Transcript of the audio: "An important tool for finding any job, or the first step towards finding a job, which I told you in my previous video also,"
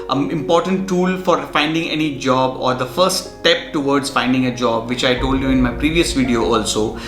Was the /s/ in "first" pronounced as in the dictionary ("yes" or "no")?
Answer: no